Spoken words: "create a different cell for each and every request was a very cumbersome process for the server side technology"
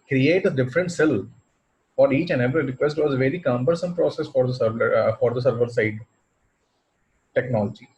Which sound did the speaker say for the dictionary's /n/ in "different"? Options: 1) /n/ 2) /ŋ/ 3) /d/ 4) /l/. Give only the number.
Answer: 1